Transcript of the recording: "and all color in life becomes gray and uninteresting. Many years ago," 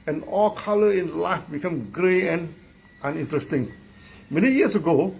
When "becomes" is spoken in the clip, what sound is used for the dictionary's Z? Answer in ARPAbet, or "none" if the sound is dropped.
none